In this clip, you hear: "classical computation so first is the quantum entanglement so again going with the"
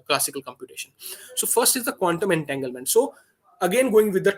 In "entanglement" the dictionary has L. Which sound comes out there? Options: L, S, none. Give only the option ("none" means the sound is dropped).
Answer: L